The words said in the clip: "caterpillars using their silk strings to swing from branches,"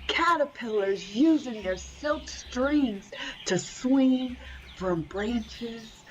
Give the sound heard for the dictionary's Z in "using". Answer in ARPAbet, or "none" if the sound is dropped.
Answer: Z